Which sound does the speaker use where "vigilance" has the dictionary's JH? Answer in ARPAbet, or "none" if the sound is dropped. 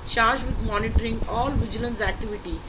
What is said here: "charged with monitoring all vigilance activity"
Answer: JH